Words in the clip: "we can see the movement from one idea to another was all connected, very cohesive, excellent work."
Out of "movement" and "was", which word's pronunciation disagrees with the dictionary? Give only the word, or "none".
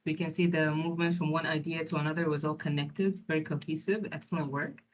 none